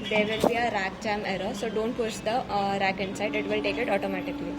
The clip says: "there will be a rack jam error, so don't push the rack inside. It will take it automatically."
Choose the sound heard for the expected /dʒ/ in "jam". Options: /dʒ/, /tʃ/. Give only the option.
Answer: /tʃ/